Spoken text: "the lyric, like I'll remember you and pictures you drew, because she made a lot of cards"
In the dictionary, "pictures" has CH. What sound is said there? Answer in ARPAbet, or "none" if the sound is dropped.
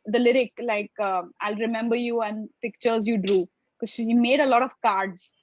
CH